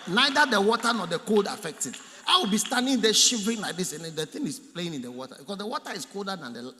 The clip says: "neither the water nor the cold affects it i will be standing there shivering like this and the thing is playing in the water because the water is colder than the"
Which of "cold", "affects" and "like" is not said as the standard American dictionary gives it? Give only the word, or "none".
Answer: affects